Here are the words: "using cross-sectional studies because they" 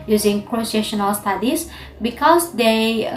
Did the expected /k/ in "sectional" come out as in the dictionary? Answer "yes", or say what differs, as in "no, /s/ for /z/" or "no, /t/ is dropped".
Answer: no, /k/ is dropped